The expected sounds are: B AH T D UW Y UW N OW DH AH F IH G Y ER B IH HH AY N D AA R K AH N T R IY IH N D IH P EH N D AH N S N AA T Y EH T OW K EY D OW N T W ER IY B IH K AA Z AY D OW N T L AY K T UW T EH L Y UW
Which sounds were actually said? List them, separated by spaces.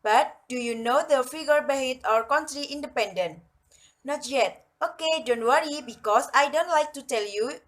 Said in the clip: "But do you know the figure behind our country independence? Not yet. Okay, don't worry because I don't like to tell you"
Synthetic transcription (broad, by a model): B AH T D UW Y UW N OW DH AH F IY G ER B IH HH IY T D AA R K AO N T R IY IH N D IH P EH N D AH N N AA T Y EH T OW K EY D OW N T W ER IY B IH K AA S AY D OW N T L AY K T UW T EH L Y UW